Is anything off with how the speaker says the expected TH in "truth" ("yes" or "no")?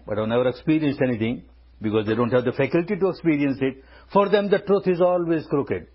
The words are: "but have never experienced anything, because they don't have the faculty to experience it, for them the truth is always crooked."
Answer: yes